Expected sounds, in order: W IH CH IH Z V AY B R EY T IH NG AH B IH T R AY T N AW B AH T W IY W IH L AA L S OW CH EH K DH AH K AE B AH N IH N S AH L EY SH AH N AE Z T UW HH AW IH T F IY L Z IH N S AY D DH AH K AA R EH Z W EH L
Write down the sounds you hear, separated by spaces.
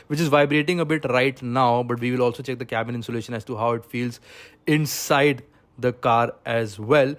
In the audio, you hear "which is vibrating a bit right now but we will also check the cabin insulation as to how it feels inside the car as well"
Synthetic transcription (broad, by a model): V IH CH IH Z V AY B R EY T IH NG AH B IH T R AY T N AW B AH T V IY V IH L AA L S OW CH EH K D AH K AE B AH N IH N S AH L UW SH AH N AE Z T UW HH AW IH T F IY L Z IH N S AY D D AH K AA R EH Z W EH L